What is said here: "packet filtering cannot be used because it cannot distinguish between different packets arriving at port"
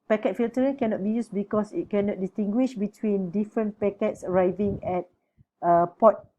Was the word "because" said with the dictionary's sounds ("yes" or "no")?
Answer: no